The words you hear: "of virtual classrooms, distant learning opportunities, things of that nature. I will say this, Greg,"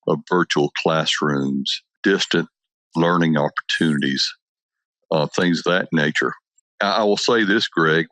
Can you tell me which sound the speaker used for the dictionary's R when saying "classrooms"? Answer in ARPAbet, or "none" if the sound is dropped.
R